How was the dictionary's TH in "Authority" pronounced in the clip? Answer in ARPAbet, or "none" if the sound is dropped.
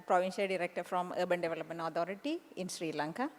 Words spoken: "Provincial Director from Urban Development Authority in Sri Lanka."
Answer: T